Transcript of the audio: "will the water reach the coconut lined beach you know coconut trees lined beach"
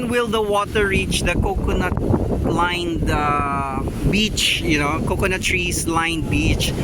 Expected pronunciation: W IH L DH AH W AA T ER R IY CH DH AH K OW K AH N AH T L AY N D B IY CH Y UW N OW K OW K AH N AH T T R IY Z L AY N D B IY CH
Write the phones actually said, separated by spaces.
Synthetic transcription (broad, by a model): W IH L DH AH W AA T ER R IY CH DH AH K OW K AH N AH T L AY N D B IY CH Y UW N OW K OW K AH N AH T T R IY S L AY N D B IY CH